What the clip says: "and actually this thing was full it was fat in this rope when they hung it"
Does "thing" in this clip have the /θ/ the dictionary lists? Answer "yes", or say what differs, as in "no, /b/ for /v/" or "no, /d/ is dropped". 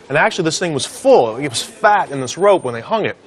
yes